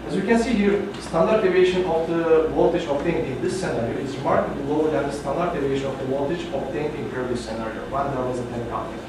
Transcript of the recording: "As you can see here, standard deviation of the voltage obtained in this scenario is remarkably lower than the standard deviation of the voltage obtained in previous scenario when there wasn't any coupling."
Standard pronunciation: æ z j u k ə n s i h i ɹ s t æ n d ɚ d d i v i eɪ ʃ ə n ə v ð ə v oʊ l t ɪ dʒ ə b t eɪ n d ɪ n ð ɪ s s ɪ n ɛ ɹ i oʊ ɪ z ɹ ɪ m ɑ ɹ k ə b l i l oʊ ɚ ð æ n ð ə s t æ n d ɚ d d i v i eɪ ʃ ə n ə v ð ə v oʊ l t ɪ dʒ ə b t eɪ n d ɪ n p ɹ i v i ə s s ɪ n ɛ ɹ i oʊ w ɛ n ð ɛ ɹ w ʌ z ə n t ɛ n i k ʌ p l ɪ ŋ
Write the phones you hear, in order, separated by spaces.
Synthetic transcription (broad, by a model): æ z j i k ə n s i h i ɹ s t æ n d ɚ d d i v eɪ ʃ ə n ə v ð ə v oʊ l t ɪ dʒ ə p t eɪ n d ɪ n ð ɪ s s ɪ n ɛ ɹ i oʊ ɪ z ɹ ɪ m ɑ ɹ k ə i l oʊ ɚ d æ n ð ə s t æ n d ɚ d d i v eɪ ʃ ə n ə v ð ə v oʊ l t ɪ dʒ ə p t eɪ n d ɪ n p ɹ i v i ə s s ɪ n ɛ ɹ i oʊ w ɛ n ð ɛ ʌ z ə t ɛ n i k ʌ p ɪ